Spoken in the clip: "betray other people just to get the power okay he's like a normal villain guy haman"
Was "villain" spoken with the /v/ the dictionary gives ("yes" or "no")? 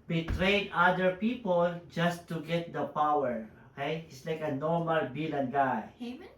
no